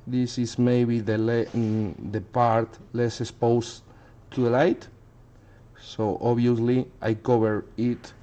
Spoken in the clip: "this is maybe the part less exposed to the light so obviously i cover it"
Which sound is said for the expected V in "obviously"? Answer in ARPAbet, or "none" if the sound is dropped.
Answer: none